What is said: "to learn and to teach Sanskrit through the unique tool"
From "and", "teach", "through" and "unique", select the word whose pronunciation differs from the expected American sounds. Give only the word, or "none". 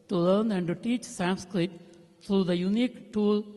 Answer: through